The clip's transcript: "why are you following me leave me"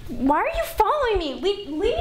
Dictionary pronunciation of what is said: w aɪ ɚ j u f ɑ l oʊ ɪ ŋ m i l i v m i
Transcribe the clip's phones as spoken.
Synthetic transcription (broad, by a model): w aɪ ɚ j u f ɑ l oʊ ɪ ŋ m i w i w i